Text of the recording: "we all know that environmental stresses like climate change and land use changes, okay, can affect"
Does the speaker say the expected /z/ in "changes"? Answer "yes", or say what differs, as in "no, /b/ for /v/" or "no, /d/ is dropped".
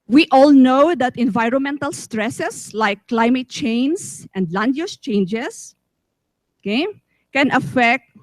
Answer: no, /s/ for /z/